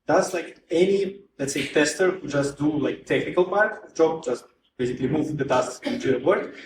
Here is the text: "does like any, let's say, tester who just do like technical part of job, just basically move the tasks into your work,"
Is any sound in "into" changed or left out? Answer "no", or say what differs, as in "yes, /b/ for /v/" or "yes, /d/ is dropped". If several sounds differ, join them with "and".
yes, /n/ is dropped